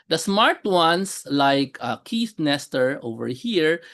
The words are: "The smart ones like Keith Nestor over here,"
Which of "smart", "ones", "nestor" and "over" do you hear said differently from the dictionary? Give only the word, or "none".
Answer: ones